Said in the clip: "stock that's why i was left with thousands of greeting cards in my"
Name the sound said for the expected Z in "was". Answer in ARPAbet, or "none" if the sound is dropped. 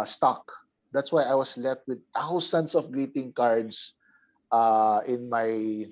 S